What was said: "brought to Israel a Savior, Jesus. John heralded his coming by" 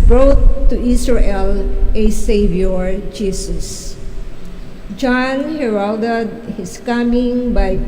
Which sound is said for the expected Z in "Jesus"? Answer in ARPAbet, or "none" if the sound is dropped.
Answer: S